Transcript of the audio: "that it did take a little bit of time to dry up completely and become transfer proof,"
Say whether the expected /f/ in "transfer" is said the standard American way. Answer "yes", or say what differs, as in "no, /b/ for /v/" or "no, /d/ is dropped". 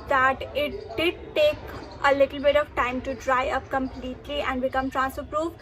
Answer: no, /f/ is dropped